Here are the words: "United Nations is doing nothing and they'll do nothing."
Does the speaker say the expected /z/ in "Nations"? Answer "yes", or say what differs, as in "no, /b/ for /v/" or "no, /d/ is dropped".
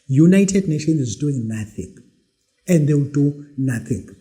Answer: no, /z/ is dropped